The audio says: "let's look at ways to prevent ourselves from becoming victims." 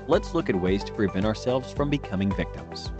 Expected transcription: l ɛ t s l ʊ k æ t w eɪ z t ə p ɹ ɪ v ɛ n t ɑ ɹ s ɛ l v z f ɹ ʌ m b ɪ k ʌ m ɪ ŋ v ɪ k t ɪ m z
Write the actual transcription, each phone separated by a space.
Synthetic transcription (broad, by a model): l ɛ t s l ʊ k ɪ t w eɪ z t ə p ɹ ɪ v ɛ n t ɑ ɹ s ɛ l v z f ɹ ʌ m b ɪ k ʌ m ɪ ŋ v ɪ k t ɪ m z